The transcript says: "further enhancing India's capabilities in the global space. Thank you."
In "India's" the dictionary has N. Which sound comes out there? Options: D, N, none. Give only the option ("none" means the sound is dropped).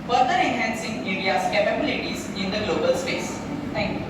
none